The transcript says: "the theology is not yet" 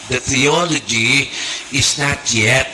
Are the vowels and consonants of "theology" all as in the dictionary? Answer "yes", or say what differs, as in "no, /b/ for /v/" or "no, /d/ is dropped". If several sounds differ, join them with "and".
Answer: yes